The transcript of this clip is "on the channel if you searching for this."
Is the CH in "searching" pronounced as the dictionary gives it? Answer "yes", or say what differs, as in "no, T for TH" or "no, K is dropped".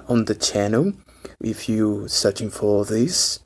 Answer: yes